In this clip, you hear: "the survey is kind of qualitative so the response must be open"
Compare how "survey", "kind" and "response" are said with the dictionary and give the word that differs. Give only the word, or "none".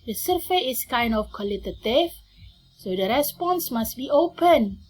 survey